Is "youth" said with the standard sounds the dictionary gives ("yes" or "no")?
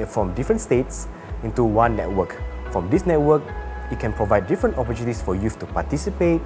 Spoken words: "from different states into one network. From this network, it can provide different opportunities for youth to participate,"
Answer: no